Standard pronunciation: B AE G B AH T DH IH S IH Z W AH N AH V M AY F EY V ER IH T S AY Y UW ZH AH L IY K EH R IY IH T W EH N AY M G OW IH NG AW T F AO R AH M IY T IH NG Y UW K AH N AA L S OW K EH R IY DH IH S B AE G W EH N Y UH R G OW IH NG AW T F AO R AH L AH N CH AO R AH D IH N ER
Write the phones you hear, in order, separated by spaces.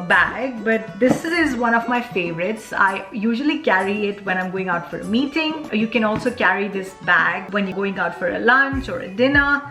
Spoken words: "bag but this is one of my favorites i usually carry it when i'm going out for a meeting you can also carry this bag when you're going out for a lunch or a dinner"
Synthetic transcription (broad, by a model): B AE G B AH T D IH S IH Z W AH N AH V M AY F EY V ER IH T S AY Y UW ZH AH L IY K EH R IY IH T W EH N AY M G OW IH NG AW T F AO R AH M IY T IH NG Y UW K AH N AA L S OW K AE R IY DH IH S B AE G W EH N Y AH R G OW IH NG AW T F AO R AH L AH N CH AO R AH D IH N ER